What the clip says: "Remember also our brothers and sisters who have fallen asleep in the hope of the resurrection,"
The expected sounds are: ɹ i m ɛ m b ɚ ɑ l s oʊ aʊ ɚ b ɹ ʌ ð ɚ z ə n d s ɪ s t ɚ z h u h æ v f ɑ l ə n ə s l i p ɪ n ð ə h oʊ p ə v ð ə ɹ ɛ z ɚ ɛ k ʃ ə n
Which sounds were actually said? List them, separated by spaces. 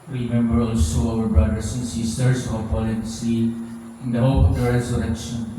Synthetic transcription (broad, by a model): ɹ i m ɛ m b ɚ ɑ l s oʊ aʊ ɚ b ɹ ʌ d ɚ s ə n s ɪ s t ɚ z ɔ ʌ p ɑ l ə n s i ɪ n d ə h oʊ p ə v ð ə ɹ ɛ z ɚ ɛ k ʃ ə n